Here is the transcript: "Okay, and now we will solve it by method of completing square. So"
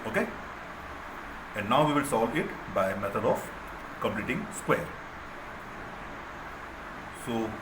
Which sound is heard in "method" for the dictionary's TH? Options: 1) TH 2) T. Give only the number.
2